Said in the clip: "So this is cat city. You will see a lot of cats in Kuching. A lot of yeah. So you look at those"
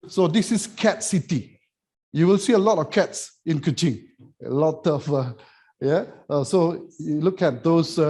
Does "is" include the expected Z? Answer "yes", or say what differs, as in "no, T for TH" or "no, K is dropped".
no, S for Z